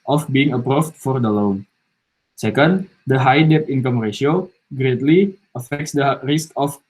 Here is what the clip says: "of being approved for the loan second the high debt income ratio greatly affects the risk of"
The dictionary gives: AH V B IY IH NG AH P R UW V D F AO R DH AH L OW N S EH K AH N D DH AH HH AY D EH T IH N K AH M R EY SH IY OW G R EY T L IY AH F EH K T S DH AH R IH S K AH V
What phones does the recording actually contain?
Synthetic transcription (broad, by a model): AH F B IY IH NG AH P R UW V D F AO R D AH L OW N S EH K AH N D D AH HH AY D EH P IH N K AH M R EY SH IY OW G R EY T L IY AH F EH K T S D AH R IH S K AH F